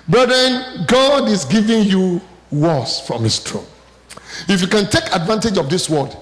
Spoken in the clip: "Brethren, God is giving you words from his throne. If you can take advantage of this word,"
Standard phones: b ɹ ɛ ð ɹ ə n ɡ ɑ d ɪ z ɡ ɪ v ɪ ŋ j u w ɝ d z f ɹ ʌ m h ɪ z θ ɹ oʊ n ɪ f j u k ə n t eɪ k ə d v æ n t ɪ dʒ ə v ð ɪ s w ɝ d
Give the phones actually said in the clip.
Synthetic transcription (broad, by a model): b ɹ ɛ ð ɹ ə n ɡ ɑ d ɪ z ɡ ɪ v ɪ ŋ j u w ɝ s f ɹ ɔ m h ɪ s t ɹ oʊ ɪ f j u k ə n t eɪ k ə d v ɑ n t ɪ dʒ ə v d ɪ s w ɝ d